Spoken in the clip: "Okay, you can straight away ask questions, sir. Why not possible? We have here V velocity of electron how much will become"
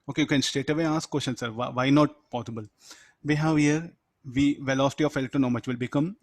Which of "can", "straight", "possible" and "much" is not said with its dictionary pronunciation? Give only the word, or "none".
straight